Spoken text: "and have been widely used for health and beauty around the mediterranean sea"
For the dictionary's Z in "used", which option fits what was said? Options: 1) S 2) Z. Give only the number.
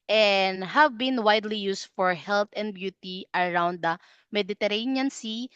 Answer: 1